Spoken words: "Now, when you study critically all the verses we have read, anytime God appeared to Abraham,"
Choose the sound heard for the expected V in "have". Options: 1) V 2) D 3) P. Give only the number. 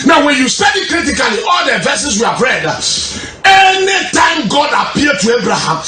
3